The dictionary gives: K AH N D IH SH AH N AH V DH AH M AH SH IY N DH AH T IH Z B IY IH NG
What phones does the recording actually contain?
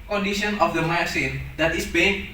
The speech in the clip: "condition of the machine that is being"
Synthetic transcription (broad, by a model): K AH N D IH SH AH N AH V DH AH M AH S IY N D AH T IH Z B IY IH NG